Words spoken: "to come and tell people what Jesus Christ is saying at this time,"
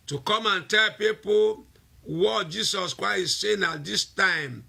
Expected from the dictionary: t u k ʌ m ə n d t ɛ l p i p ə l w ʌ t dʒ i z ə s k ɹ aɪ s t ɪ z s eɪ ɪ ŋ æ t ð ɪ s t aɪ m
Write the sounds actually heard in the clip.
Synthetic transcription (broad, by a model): t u k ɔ m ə n t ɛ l p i p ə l w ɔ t dʒ i s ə s k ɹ aɪ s ɪ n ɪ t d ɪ s t aɪ m